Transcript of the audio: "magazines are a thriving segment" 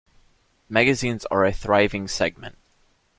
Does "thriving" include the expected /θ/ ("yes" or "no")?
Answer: yes